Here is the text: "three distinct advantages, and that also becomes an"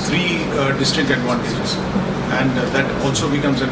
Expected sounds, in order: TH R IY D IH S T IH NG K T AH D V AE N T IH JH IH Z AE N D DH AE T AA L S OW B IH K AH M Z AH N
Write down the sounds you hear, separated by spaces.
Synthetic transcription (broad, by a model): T R IY D IH S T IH K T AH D V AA N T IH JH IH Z AE N D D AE T AA L S OW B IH K AH M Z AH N